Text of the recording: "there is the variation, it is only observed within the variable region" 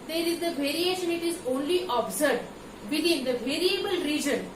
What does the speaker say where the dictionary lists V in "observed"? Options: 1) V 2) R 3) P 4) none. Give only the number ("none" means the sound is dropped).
4